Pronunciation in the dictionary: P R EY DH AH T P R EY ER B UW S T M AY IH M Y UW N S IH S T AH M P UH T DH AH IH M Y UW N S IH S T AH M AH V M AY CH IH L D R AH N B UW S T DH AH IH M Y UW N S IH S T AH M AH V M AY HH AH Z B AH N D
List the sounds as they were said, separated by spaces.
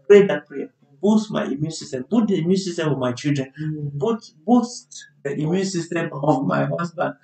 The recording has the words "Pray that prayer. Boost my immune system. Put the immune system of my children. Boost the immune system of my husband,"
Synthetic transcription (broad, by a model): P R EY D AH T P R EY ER B UW S T M AY IH M Y UW N S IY S T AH M B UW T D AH IH M Y UW N S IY S T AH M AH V M AY CH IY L D R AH N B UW S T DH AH IH M Y UW N S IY S T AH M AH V M AY HH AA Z B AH N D